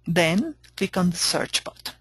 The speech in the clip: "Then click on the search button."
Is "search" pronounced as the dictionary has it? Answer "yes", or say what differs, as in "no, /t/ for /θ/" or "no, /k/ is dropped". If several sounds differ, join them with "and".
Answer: yes